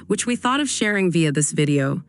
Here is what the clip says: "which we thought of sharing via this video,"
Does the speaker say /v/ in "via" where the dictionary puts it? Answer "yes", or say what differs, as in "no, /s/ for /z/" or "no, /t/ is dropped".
yes